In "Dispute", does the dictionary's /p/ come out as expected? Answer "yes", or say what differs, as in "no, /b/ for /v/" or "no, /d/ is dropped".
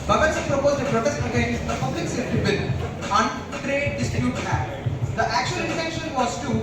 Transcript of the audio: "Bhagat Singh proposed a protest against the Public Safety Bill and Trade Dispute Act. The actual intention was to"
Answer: no, /b/ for /p/